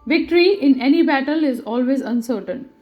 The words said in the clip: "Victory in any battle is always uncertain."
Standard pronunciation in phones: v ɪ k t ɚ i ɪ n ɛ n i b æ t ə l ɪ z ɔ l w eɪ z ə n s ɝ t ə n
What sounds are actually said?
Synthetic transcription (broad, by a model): v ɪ k t ɚ i ɪ n ɛ n i b æ t ə l ɪ z ɔ l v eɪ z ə n s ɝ t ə n